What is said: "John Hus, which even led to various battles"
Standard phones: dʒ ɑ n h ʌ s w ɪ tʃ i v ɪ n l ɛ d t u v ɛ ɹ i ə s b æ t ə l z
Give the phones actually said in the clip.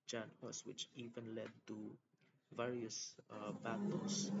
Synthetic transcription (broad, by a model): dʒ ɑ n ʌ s w ɪ tʃ i v ɪ n l ɛ d t u v ɛ ɹ i ə s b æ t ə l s